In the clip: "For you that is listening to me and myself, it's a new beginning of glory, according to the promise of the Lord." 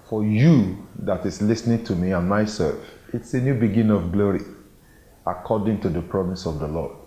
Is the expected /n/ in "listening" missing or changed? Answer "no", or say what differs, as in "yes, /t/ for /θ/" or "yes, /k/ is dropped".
no